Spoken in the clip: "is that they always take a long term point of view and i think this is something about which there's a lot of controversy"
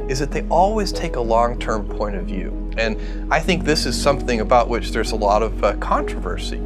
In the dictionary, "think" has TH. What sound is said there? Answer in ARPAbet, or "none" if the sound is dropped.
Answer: TH